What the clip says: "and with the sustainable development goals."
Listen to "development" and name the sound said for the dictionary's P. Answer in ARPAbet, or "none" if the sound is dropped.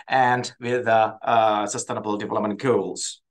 none